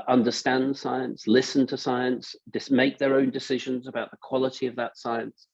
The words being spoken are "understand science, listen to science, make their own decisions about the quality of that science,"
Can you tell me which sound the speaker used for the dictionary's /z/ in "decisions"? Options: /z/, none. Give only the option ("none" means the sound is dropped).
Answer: /z/